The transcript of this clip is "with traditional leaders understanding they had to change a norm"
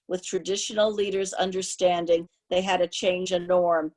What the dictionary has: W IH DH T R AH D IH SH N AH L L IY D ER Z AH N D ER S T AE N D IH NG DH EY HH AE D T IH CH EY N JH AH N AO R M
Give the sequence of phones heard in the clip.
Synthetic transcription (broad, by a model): W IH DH T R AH D IH SH N L L IY D ER Z AH N D ER S T AE N D IH NG DH EY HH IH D T IH CH EY N JH AH N AO R M